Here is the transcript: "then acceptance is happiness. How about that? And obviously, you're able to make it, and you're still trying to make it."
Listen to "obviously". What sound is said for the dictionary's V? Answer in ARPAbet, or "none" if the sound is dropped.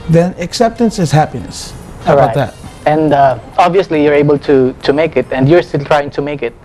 V